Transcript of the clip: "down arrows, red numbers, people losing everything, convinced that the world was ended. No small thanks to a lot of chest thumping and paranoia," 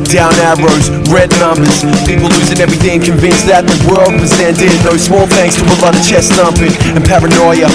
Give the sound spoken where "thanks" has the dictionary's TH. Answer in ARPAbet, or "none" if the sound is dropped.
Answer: TH